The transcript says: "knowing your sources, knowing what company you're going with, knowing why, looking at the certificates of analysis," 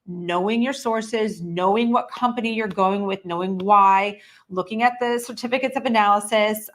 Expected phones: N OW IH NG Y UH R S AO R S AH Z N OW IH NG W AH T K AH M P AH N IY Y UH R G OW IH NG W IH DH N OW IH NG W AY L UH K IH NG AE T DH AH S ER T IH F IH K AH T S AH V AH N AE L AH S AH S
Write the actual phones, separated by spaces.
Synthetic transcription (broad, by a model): N OW IH NG Y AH R S AO R S AH Z N OW IH NG W AH T K AH M P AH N IY Y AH R G OW IH NG W IH DH N OW IH NG W AY L UH K IH NG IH T DH AH S ER T IH F IH K AH T S AH V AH N AE L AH S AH S